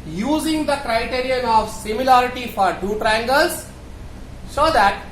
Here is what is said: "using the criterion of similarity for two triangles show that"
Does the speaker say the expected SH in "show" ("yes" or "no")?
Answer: no